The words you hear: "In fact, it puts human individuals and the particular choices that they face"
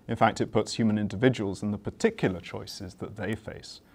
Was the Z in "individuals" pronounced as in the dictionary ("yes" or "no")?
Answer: yes